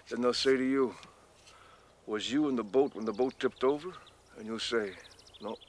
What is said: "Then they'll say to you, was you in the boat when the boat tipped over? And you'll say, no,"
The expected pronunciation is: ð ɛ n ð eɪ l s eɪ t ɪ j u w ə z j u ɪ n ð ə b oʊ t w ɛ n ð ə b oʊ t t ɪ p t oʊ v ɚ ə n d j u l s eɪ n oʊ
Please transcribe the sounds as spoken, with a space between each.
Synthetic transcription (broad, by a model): ð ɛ n ð eɪ l s eɪ t ɪ j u w ə z j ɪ ɪ n ð ə b oʊ t w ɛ n ð ə b oʊ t t ɪ p t oʊ v ɚ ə n j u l s eɪ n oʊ